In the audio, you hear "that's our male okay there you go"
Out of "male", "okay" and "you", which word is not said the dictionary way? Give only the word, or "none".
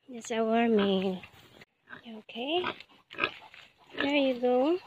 male